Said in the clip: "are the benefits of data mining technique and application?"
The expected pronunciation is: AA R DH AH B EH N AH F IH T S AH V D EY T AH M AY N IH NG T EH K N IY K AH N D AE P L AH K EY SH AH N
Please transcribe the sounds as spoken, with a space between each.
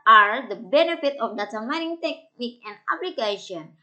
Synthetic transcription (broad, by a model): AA R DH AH B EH N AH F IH T AH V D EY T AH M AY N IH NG T EH K N IY K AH N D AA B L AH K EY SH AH N